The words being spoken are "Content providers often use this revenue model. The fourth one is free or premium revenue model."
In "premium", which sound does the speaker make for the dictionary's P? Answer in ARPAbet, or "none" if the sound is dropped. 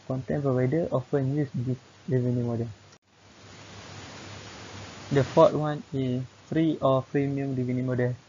F